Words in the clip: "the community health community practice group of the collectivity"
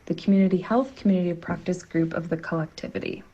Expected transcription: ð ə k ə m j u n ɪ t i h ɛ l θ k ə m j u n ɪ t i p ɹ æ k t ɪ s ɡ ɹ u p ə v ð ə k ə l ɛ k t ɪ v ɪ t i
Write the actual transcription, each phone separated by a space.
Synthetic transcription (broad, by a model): ð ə k m j u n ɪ t i h ɛ l θ k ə m j u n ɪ t i p ɹ æ k t ɪ s ɡ ɹ u p ə v ð ə k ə l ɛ k t ɪ v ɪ t i